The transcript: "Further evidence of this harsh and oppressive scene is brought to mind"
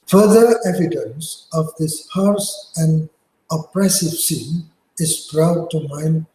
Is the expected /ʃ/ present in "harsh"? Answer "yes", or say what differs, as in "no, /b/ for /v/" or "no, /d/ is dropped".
no, /s/ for /ʃ/